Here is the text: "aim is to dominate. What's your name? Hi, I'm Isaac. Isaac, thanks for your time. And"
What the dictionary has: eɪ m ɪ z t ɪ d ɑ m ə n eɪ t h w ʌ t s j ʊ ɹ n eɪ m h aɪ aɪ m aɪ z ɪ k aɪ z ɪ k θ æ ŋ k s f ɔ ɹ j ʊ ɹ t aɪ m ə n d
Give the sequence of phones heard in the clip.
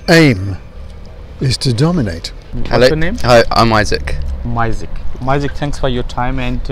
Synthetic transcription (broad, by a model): eɪ m ɪ z t ɪ d ɑ m ə n eɪ t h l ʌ n eɪ m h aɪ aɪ m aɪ z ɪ k aɪ z ɪ k θ æ ŋ k s f ɔ ɹ j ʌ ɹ t aɪ m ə n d